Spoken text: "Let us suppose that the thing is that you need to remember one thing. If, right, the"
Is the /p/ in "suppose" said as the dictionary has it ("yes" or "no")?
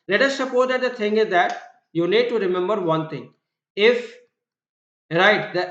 yes